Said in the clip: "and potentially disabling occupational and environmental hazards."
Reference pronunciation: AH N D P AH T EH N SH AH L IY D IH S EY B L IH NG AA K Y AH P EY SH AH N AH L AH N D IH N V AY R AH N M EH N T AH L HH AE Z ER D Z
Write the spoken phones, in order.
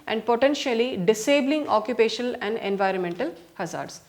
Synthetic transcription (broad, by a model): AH N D P AH T EH N SH AH L IY D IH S EY B L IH NG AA K Y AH P EY SH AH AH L AH N D IH N V AY R AH N M EH N T AH L HH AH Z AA D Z